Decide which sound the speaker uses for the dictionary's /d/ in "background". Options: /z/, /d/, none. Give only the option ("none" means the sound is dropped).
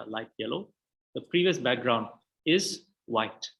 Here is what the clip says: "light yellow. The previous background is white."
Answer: /d/